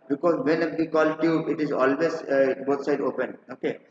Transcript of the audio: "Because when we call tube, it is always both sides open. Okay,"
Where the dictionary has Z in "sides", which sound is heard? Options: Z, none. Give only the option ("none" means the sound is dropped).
none